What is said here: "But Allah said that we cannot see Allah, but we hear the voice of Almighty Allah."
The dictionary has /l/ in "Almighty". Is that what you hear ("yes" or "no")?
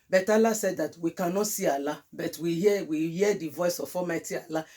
no